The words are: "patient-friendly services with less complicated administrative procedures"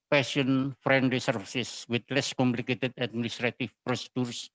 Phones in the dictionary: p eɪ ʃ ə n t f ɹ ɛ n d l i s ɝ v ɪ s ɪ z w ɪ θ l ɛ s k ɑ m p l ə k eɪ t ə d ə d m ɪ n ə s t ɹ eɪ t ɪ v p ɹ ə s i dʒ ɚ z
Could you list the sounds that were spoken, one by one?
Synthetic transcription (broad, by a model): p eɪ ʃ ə n f ɹ ɛ n d l i s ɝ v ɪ s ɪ s w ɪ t l ɛ s k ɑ m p l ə k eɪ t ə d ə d m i n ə s t ɹ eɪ t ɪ f p ɹ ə s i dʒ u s